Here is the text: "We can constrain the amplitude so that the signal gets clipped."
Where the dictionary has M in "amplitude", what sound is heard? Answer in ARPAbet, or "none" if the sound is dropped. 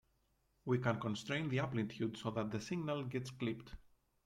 none